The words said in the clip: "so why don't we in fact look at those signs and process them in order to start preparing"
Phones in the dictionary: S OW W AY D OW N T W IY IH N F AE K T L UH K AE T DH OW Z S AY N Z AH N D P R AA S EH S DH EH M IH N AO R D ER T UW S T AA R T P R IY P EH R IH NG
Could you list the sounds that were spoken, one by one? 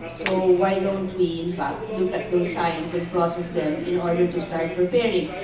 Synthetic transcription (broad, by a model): S OW W AY D OW N T W IY IH N F AE K T L UH K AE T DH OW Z S AY N S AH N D P R AA S EH S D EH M IH N AO R D ER T UW S T AA R T P R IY P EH R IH NG